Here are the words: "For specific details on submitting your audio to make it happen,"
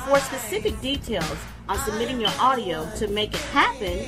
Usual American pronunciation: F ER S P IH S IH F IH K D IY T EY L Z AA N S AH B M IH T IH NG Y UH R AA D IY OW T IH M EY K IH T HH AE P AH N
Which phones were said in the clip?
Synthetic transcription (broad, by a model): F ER S P IH S IH F IH K D IY T EY L Z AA N S AH B M IH T IH NG Y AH R AA D IY OW T IH M EY K IH T HH AE P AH N